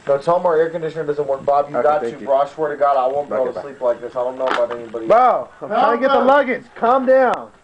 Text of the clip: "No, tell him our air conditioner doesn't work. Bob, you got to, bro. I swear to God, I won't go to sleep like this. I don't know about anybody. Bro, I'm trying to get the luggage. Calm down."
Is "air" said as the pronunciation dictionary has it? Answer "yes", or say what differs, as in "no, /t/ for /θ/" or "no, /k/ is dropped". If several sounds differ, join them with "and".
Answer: yes